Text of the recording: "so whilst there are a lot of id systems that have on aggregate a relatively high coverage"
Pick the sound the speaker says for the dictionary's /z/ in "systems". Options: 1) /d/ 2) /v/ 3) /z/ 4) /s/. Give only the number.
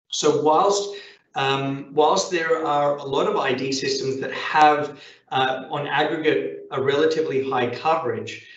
3